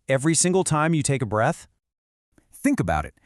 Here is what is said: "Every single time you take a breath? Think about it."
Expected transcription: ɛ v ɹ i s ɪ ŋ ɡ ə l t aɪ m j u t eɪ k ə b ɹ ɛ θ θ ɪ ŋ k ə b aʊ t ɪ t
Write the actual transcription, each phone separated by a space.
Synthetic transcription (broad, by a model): ɛ v ɹ i s ɪ ŋ ɡ l t aɪ m j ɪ t eɪ k ə b ɹ ɛ θ θ ɪ ŋ k ə b aʊ t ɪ t